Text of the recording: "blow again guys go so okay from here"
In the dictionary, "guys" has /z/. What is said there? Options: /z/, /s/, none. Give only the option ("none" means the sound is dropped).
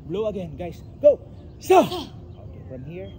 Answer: /s/